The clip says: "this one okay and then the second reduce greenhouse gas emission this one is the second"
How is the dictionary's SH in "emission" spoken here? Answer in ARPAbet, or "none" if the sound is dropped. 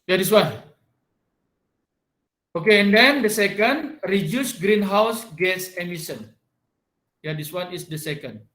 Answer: S